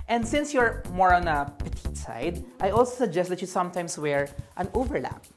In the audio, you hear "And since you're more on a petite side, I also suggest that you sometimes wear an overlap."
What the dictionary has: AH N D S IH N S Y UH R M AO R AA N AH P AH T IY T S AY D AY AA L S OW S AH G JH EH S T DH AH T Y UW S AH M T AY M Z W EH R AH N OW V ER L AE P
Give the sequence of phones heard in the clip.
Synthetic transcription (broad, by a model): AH N D S IH N S Y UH R M AO R AA N AH P AH T IY T S AY D AY AA L S OW S AH G JH EH S T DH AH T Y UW S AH M T AY M S W EH R AH N OW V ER L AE P